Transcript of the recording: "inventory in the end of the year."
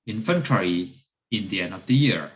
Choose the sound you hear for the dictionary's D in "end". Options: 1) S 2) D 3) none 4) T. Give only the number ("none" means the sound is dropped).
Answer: 2